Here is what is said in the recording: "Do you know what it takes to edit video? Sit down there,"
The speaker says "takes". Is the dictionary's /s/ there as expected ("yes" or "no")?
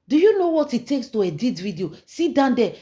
yes